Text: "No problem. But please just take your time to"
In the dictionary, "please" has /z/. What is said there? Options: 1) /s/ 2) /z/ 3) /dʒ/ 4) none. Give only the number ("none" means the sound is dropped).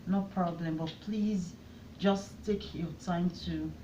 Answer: 2